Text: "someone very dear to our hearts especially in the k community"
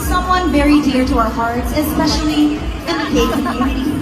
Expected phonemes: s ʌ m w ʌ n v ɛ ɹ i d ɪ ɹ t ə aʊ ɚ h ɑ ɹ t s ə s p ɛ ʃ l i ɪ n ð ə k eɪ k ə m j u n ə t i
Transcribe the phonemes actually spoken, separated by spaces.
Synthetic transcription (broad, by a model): s ʌ m w ʌ n v ɛ ɹ i d ɪ ɹ t ə aʊ ɚ h ɑ ɹ t s ə s p ɛ ʃ l i ɪ n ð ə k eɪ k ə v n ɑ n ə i